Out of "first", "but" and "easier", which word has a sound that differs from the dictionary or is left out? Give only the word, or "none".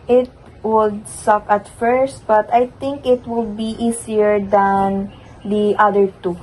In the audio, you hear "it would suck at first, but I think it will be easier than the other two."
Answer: easier